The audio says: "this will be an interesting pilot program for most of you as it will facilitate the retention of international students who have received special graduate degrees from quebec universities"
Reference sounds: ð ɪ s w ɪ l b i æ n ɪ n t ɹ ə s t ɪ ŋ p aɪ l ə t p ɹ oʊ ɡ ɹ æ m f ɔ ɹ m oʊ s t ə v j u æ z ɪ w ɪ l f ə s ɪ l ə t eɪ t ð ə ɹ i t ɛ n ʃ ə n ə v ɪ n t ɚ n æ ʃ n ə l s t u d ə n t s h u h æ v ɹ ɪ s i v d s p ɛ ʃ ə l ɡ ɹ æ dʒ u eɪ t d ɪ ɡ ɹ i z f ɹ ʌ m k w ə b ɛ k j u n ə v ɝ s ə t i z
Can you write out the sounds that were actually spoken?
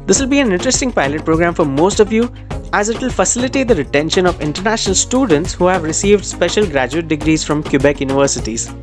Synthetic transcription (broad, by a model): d ɪ s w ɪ l b i æ n ɪ n t ɹ ə s t ɪ ŋ p aɪ l ə t p ɹ oʊ ɡ ɹ æ m f ɔ ɹ m oʊ s t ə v j u æ z ɪ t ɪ l f ə s ɪ l ə t eɪ t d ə ɹ i t ɛ n ʃ ə n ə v ɪ n t ɚ n æ ʃ n ə l s t u d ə n t s h u h æ v ɹ ɪ s i v d s p ɛ ʃ ə l ɡ ɹ æ dʒ u eɪ t d ɪ ɡ ɹ i z f ɹ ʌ m k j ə b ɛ k j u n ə v ɝ s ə t i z